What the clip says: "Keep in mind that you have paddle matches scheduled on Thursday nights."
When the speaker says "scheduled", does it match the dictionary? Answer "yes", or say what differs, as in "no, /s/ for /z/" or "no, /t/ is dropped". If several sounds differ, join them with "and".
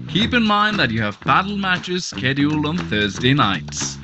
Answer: no, /d/ is dropped